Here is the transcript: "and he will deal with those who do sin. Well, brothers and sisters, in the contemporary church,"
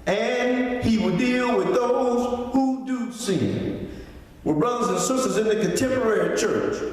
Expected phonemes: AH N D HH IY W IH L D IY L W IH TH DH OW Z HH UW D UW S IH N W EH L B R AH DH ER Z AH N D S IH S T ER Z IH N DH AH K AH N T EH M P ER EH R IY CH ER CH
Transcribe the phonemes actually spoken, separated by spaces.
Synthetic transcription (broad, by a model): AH N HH IY W IH L D IY L W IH DH OW Z HH UW D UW S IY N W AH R B R AH DH ER Z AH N S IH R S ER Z IH N DH AH K AH N T EH M P ER EH R IY CH ER CH